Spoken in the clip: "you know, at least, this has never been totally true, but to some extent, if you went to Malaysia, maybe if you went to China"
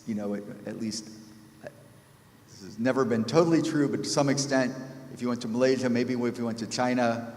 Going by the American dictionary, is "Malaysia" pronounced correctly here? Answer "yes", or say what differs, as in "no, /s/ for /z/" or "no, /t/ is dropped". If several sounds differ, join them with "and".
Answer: yes